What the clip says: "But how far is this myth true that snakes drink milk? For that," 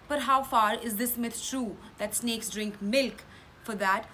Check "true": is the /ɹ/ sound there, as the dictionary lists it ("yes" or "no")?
yes